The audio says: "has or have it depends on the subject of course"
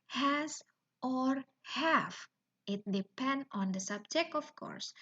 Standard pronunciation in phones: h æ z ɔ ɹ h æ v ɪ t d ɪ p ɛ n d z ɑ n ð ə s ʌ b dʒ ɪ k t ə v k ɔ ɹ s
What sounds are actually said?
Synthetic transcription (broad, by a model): h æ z ɔ ɹ h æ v ɪ t d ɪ p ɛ n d ɑ n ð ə s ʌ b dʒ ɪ k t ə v k ɔ ɹ s